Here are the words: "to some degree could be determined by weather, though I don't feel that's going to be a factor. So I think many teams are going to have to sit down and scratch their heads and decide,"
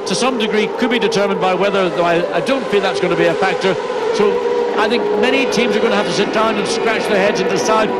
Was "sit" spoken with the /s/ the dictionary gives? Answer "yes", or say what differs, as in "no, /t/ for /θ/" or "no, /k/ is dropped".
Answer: yes